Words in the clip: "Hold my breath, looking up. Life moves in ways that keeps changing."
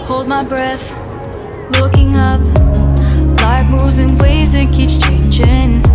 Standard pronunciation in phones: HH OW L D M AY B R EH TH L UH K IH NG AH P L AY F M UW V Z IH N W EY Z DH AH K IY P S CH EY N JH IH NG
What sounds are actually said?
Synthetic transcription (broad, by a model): HH OW L D M AY B R EH TH L UH K IH NG AH P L AY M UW Z IH N W EY Z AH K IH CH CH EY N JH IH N